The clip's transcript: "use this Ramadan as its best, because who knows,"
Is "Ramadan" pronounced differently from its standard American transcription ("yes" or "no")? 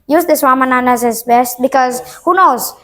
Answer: yes